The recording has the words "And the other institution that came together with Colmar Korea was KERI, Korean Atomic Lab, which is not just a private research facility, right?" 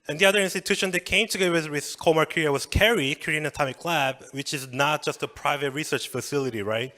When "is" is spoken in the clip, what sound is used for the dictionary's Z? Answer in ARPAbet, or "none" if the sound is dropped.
Z